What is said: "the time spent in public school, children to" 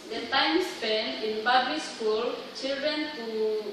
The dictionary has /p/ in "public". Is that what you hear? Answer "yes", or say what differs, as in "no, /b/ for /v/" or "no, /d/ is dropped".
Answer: no, /b/ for /p/